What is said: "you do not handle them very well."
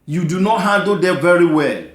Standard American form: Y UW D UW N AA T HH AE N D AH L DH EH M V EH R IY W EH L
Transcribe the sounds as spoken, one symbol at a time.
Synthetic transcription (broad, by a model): Y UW D UW N AA T HH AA D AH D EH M V EH R IY W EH L